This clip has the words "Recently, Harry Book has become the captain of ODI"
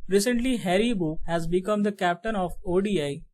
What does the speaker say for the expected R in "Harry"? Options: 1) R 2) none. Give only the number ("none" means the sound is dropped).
1